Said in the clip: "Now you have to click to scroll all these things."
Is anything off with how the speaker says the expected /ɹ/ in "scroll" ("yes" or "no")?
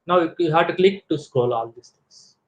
yes